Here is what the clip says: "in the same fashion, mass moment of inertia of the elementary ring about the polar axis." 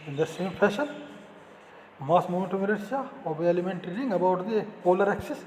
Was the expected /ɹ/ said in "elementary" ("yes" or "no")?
no